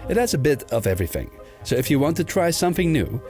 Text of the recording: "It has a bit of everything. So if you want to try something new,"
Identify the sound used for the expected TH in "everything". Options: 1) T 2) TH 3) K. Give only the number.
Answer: 2